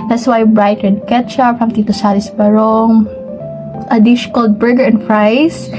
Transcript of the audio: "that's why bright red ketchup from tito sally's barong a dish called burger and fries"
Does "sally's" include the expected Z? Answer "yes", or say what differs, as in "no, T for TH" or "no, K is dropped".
no, S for Z